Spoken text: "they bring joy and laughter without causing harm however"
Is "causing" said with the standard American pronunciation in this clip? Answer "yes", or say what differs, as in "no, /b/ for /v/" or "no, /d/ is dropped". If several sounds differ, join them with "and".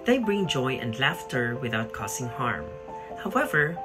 no, /s/ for /z/